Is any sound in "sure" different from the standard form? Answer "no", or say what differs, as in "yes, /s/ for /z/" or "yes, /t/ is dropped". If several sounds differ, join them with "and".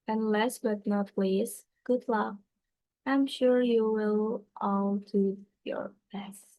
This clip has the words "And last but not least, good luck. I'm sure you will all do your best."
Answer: no